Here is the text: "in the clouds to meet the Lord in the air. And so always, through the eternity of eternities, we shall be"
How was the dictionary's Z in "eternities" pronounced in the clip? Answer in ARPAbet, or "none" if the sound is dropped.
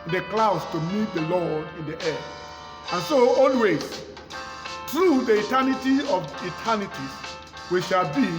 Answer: none